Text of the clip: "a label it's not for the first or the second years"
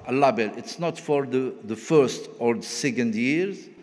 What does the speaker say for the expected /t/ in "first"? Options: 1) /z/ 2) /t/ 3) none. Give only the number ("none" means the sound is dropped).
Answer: 2